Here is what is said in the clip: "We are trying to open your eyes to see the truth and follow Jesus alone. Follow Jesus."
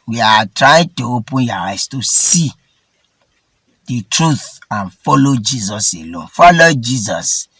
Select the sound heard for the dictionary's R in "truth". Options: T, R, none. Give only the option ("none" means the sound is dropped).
R